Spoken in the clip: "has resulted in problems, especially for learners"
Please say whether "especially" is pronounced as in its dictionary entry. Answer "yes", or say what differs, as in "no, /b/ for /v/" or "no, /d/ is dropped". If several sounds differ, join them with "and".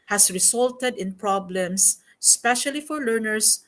yes